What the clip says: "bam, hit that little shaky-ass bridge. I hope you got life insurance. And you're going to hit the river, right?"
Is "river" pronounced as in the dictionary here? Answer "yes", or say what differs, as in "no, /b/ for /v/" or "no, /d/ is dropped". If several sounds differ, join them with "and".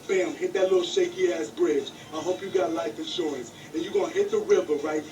yes